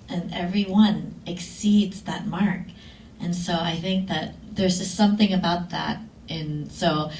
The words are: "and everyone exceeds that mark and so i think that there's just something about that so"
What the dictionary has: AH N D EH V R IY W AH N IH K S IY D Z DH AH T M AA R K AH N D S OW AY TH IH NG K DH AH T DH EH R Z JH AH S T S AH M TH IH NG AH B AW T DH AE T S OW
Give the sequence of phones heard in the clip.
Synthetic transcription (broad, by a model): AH N EH V R IY W AH N IH K S IY D Z DH AH T M AA R K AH N S OW AY TH IH NG K DH AH T DH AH R Z JH AH S T S AH M TH IH NG AH B AW T DH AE T S OW